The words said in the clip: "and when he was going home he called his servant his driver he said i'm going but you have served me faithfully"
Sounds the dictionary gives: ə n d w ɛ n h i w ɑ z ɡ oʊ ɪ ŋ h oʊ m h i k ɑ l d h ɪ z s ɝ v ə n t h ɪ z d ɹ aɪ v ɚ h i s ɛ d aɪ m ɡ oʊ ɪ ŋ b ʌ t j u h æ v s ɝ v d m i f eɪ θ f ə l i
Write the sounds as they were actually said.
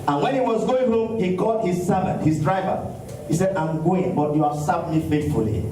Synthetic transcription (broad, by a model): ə n w ɛ n h i w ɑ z ɡ oʊ ɪ ŋ h oʊ m h i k ɑ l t h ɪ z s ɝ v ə n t h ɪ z d ɹ aɪ v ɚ h i s ɛ d aɪ m ɡ oʊ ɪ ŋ b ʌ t j u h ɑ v s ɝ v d m i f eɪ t f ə l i